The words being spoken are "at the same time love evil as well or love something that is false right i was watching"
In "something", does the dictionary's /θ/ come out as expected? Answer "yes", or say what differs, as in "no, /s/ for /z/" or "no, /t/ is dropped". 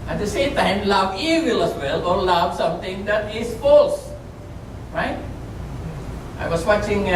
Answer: no, /t/ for /θ/